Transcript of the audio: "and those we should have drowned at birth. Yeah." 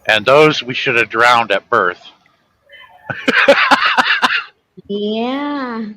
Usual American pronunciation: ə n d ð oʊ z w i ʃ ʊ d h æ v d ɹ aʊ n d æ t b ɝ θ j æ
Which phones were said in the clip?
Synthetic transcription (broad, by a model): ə n ð oʊ z w i ʃ ʊ d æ v d ɹ aʊ n d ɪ t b ɝ θ j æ